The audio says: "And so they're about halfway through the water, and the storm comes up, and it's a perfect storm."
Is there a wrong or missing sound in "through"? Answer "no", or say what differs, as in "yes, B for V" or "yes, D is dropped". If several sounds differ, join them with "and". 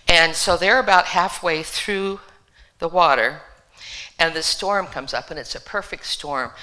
no